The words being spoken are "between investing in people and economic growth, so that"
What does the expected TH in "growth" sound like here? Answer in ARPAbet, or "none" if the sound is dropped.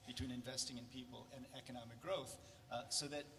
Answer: TH